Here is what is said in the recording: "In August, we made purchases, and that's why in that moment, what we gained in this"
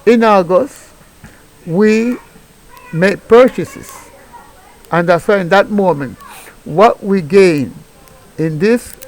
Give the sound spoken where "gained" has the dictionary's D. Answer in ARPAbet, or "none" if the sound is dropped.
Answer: none